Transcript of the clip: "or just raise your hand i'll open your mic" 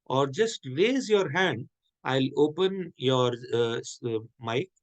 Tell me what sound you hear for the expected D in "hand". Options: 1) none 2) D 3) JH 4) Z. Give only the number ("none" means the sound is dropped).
2